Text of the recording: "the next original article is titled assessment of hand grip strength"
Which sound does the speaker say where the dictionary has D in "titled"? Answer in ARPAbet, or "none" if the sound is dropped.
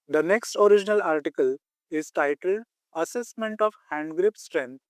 D